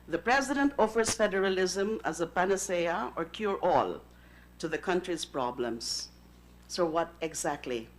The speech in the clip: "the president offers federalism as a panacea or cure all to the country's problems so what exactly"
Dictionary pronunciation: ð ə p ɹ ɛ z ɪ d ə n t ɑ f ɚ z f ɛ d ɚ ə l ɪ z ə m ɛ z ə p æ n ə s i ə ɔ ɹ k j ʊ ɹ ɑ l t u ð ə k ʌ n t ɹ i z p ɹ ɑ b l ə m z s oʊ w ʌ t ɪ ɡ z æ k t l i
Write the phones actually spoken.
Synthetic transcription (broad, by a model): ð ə p ɹ ɛ z ɪ d ə n t ɑ f ɚ z f ɛ d ɚ ə l ɪ z ə m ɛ z ə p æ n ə s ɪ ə ɔ ɹ k j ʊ ɹ ɑ l t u ð ə k ʌ n t ɹ i z p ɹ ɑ b l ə m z s oʊ w ʌ t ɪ ɡ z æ k t l i